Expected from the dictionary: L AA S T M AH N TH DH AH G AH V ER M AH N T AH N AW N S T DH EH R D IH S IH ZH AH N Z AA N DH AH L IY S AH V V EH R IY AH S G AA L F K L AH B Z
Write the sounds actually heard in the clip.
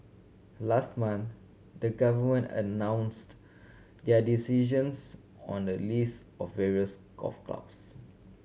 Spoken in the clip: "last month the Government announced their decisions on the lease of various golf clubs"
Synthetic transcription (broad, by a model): L AA S T M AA N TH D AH G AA V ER M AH N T AH N AW N S T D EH D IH S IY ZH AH N S AA N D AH L IY S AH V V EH R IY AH S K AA F K L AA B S